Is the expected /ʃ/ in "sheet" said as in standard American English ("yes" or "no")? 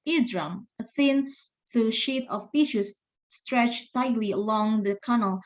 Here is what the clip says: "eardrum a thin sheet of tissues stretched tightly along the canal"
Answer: yes